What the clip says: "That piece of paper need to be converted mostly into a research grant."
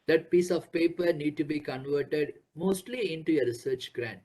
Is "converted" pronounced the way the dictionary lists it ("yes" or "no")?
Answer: yes